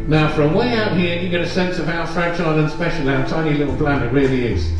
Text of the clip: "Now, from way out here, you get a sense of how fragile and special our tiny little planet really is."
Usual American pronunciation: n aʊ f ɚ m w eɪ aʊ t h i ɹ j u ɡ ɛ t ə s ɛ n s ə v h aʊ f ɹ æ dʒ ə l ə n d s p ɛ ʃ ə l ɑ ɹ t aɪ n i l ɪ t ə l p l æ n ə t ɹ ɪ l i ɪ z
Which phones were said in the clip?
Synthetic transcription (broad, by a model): n aʊ f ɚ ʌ w eɪ aʊ t h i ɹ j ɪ ɡ ɛ t ə s ɛ n s ə v aʊ f ɹ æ tʃ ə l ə n s p ɛ ʃ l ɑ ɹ t aɪ n i l ɪ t l b l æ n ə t ɹ ɪ l i ɪ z